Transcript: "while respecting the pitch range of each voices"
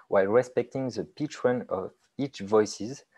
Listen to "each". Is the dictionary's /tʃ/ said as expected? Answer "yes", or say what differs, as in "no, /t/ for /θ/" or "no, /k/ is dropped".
yes